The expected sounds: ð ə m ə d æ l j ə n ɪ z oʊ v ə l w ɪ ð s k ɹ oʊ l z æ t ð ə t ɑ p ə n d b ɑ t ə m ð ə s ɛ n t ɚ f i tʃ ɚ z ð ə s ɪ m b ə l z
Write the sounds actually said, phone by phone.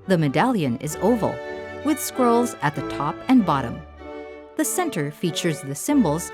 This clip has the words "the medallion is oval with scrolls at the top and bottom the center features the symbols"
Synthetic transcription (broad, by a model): ð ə m ə d æ l j ə n ɪ z oʊ v ə l w ɪ ð s k ɹ oʊ l z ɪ t ð ə t ɑ p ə n b ɑ t ə m ð ə s ɛ n t ɚ f i tʃ ɚ z ð ə s ɪ m b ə l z